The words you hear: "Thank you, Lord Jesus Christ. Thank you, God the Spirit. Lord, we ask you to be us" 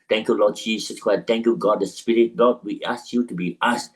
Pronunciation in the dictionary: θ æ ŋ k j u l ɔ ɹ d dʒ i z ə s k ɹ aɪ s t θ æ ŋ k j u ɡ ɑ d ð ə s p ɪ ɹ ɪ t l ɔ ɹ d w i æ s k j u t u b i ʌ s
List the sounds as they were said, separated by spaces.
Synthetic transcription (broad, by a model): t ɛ ŋ k j u l ɔ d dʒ i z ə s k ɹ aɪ t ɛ ŋ k j u ɡ ɑ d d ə s p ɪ ɹ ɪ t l ɔ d w i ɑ s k j u t u b i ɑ s